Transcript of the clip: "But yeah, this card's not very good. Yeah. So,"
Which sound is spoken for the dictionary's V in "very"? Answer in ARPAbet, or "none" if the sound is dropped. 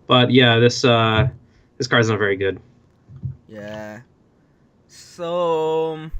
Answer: V